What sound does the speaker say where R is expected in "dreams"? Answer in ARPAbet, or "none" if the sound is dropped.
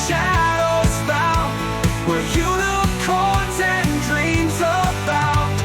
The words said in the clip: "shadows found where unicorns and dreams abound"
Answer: R